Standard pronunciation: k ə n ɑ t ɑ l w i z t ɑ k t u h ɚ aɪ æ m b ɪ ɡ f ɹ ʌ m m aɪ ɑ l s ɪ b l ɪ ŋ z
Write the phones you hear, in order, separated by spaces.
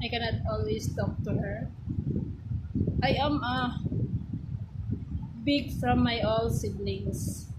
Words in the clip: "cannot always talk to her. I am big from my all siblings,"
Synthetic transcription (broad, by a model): k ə n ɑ t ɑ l w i s t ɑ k t u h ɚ aɪ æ m b ɪ ɡ f ɹ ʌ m m aɪ ɑ l s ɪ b l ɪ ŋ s